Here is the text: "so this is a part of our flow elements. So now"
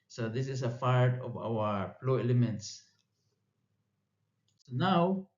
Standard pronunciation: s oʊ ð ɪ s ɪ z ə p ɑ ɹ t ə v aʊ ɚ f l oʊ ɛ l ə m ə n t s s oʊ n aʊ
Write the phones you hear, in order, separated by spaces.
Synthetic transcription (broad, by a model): s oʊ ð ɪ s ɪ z ə f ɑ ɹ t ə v aʊ ɚ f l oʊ ɛ l ə m ə n t s s oʊ n aʊ